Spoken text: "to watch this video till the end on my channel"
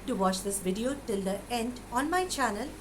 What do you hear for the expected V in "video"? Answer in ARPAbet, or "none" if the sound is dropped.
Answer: V